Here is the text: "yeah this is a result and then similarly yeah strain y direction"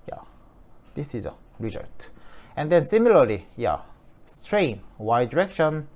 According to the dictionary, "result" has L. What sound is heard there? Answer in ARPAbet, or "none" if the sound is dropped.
none